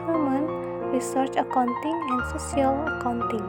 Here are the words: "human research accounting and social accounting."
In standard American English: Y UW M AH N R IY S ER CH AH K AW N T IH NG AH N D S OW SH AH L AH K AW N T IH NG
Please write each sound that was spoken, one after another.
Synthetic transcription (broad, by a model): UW M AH N R IY S ER CH AH K AW N T IH NG AH N D S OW S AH L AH K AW N T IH NG